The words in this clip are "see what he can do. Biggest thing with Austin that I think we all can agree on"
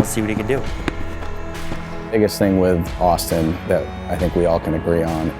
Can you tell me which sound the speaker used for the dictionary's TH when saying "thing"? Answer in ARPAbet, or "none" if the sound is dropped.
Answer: TH